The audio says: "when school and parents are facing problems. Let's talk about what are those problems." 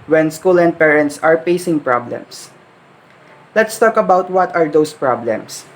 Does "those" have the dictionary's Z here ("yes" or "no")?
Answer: no